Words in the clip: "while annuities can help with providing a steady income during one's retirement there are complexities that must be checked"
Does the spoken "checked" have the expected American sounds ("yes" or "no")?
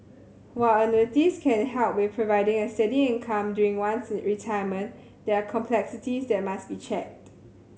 yes